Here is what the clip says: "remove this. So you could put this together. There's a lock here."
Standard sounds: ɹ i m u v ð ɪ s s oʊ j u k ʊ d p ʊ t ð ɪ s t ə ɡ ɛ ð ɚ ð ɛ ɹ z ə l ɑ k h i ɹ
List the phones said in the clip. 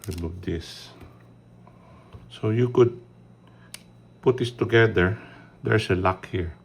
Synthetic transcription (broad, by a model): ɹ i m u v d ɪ s s oʊ j u k ʊ d p ʊ t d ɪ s t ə ɡ ɛ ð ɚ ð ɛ ɹ s ə l ɑ k h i ɹ